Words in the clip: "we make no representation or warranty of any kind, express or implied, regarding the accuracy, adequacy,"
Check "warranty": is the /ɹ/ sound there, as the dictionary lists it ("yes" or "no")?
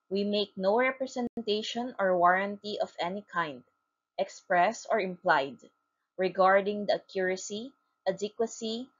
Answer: yes